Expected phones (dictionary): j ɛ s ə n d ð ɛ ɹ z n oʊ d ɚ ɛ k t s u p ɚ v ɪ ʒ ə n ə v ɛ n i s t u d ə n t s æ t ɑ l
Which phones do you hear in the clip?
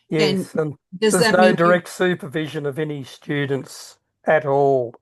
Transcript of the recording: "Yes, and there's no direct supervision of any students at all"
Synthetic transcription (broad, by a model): j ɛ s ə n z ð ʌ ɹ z n oʊ d ɚ ɛ k t s u p ɚ v ɪ ʒ ə n ə v ɛ n i s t u d n t s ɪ t ɑ l